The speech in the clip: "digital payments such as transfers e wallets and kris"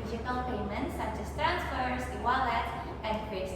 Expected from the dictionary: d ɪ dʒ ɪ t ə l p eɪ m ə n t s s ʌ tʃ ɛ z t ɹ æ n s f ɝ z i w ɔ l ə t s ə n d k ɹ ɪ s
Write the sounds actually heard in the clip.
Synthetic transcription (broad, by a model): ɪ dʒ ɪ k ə l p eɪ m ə n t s s ʌ tʃ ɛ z t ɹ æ n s f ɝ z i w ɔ l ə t ə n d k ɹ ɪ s